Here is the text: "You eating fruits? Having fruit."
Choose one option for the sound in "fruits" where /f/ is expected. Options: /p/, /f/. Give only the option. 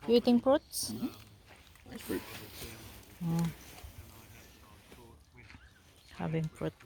/p/